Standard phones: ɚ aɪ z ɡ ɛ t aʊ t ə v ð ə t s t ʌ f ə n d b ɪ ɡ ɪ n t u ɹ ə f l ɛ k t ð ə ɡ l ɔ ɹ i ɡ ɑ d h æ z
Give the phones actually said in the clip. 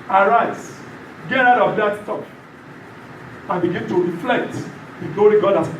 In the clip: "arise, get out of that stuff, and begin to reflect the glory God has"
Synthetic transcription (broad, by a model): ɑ aɪ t ɡ ɛ t aʊ t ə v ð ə t s t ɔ p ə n b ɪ ɡ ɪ n t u ɹ ə f l ɛ k t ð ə ɡ l ɔ ɹ i ɡ ɑ d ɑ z